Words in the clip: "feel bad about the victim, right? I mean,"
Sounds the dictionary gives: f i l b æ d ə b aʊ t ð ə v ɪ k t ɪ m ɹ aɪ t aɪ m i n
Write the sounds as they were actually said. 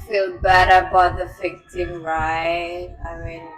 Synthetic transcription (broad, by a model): f i l b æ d ə b aʊ t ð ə f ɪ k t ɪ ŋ ɹ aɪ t aɪ m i n